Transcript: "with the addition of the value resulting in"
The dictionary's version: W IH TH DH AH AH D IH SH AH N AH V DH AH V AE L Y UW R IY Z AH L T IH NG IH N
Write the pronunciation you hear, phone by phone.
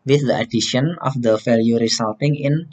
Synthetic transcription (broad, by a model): W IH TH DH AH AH D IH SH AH N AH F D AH F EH L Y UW R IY S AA L T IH NG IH N